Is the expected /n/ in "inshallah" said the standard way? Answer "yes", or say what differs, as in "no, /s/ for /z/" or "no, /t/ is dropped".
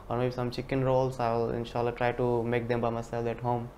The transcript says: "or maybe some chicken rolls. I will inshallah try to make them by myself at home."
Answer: yes